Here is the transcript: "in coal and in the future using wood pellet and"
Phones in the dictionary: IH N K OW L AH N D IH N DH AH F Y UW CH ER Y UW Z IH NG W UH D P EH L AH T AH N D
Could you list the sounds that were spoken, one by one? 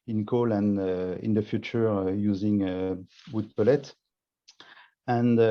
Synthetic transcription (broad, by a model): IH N K OW L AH N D IH N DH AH F Y UW CH ER Y UW Z IH NG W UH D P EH L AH T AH N